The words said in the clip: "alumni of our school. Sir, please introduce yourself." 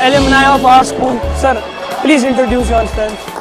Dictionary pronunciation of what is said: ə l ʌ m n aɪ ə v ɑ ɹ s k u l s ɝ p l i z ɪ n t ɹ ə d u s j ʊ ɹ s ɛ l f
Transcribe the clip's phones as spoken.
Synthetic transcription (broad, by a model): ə l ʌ m n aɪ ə p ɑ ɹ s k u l s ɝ p l i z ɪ n t ɹ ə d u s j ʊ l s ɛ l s